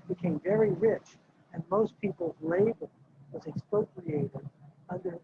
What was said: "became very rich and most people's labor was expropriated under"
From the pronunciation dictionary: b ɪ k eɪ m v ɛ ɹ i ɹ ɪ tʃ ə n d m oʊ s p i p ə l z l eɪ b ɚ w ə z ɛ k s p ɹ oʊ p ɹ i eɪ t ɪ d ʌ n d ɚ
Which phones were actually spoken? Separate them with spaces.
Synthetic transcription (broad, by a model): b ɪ k eɪ m v ɛ ɹ i ɹ ɪ tʃ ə n m oʊ s p i p l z l eɪ b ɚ w ə z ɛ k s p oʊ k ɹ i eɪ t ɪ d ʌ n d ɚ